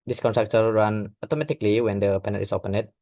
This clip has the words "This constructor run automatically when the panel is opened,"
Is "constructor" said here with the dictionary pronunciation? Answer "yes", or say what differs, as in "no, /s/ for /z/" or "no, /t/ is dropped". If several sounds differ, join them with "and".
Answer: no, /s/ is dropped